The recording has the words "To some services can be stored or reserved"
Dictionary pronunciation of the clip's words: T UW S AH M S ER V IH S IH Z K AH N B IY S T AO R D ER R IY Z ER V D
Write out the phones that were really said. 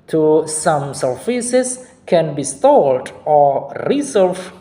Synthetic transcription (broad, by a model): T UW S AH M S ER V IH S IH S K AH N B IY S T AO L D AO R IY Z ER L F